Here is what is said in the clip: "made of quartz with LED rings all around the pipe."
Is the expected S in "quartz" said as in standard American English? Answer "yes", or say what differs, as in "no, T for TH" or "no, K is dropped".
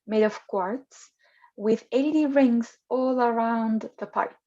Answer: yes